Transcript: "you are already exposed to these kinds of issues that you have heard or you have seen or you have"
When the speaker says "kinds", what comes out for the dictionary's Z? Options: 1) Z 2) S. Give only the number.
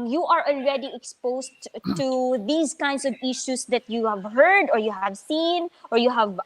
2